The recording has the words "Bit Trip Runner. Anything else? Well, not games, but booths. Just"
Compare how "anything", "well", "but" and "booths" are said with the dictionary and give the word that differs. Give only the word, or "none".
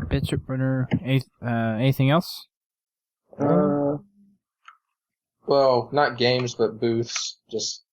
none